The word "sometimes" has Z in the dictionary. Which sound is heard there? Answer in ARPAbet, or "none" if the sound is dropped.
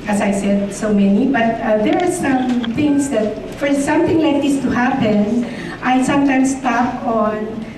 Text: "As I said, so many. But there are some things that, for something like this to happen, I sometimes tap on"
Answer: S